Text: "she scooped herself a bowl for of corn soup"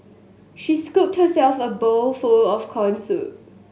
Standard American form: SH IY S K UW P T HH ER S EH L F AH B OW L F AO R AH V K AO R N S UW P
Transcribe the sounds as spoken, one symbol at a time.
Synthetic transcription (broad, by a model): SH IY S K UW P T HH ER S EH L F AH B OW L F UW L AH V K AO N S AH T